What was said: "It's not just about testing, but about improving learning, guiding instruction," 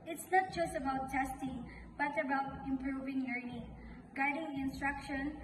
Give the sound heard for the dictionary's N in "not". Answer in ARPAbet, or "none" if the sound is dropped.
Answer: N